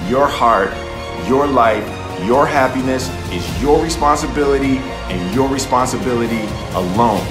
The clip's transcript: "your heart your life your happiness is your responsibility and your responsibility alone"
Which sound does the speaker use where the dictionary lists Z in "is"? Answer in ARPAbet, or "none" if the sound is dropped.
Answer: Z